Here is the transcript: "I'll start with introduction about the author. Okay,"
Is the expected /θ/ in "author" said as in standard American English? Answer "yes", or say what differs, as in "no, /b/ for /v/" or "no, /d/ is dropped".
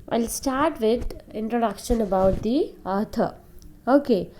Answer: no, /t/ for /θ/